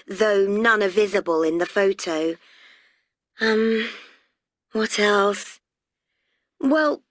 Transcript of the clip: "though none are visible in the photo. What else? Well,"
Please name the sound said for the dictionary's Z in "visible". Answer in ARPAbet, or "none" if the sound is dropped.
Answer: Z